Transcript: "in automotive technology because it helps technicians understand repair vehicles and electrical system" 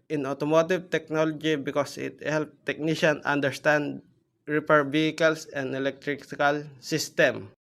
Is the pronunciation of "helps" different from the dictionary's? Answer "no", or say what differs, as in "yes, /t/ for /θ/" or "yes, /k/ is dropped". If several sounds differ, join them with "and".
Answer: yes, /s/ is dropped